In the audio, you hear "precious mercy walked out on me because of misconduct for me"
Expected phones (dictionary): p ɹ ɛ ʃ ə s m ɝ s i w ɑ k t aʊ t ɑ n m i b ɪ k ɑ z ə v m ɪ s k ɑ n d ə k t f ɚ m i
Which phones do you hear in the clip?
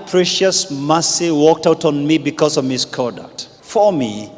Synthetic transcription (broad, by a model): p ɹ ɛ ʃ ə s m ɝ s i w ɑ k t aʊ t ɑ n m i b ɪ k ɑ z ə v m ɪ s k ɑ d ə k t f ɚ m i